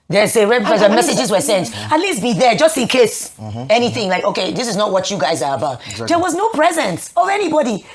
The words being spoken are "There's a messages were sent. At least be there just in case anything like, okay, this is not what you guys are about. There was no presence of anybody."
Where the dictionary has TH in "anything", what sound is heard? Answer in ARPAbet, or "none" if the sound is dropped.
TH